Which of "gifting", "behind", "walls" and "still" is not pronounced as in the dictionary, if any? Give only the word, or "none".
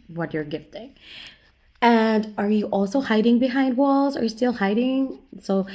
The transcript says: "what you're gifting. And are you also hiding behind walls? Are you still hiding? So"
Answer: none